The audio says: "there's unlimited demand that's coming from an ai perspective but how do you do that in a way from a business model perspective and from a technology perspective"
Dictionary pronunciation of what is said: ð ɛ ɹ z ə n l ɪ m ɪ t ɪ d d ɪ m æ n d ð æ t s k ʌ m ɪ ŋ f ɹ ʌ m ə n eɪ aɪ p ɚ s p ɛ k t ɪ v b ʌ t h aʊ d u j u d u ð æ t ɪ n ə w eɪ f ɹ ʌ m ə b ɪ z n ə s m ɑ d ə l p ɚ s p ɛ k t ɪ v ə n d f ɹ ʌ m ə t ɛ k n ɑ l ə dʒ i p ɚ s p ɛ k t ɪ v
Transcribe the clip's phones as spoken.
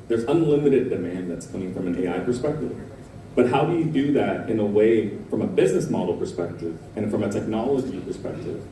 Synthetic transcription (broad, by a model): ð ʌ ɹ z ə n l ɪ m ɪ t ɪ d d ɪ m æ n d ð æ t s k ʌ m ɪ ŋ f ɹ ʌ m ə n eɪ aɪ p ɚ s p ɛ k t ɪ v b ʌ t h aʊ d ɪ j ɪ d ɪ ð æ t ɪ n ə w eɪ f ɹ ʌ m ə b ɪ z n ə s m ɑ d l p ɚ s p ɛ k t ɪ v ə n f ɹ ʌ m ə t ɛ k n ɑ l ə dʒ i p ɚ s p ɛ k t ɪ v